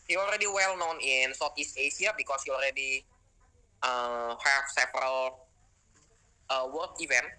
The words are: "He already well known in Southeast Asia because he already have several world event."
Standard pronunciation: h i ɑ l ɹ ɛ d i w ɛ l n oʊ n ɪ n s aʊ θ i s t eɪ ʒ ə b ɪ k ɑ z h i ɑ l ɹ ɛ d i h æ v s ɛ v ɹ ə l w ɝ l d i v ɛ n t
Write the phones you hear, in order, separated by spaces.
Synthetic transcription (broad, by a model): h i ɑ l ɹ ɛ d i w ɛ l n oʊ n ɪ n s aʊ t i s t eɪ s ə b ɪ k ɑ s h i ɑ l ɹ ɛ d i h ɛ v s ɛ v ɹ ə l w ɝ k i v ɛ n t